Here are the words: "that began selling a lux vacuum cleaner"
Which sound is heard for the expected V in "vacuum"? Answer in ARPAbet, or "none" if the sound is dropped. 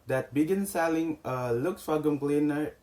F